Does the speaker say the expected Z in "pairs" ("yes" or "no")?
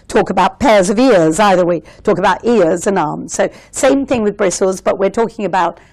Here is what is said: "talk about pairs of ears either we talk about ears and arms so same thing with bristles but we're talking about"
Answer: yes